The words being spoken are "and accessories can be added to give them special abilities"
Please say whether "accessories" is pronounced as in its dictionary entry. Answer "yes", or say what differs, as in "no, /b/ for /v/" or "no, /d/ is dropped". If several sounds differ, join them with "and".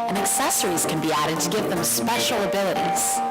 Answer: yes